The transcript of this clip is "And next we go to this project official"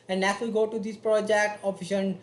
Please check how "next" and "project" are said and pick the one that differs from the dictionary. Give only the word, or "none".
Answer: next